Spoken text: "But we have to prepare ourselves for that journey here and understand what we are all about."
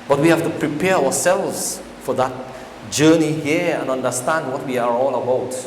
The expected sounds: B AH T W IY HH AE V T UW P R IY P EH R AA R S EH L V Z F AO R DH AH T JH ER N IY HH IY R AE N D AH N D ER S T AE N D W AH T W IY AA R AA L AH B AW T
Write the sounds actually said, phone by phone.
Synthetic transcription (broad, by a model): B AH T W IY HH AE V T UW P R IY P EH R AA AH S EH L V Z F AO R DH AH T JH ER N IY HH IY R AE N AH N D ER S T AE N D W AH T W IY AA R AA L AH B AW T